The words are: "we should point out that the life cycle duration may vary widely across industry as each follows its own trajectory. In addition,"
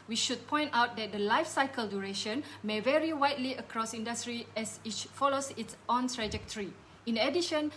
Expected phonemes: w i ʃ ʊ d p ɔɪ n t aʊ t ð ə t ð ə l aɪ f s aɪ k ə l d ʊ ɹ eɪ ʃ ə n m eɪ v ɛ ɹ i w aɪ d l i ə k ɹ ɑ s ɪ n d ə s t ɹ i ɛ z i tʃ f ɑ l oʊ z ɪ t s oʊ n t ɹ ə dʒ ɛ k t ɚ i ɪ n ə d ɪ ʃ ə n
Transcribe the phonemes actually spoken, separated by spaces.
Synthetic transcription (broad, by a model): w i ʃ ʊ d p ɔɪ n t aʊ t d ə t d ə l aɪ f s aɪ k ə l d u ɹ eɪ ʃ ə n m eɪ v ɛ ɹ i w aɪ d l i ə k ɹ ɑ s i n d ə s t ɹ i ɛ s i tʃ f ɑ l oʊ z ɪ t s oʊ n t ɹ ə dʒ ɛ k t ɚ i ɪ n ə d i ʃ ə n